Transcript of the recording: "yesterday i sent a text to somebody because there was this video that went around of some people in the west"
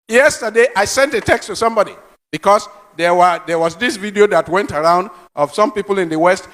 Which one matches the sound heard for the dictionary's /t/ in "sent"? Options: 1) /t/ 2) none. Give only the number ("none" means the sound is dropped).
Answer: 1